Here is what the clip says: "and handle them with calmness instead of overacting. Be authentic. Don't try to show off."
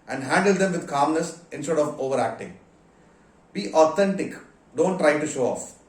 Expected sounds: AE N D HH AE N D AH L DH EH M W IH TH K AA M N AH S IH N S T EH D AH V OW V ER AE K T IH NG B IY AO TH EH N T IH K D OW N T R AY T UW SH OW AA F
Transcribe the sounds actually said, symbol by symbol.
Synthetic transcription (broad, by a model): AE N D HH AE N D AH L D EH M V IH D K AA M N AH S IH N S T EH D AH V OW V ER AE K T IH NG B IY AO T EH N T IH K D OW N T R AY T UW SH OW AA F